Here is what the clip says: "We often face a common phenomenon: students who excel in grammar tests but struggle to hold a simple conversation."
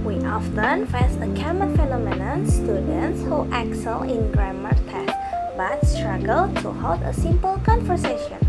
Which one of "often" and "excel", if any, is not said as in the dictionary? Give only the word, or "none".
none